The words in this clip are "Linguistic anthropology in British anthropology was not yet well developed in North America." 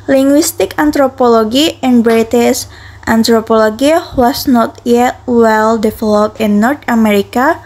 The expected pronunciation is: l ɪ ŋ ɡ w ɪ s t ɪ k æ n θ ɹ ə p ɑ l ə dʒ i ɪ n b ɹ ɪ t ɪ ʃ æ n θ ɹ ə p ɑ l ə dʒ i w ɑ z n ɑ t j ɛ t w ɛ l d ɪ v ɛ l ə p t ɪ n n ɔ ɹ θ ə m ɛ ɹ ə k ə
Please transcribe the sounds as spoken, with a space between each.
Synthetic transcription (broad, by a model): l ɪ ŋ ɡ w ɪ s t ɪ k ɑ n t ɹ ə p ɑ l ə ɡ i ɪ n b ɹ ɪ t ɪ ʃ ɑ n t ɹ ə p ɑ l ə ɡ i w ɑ s n ɑ t j ɛ t w ɛ l d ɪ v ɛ l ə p ɪ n n ɔ ɹ t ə m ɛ ɹ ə k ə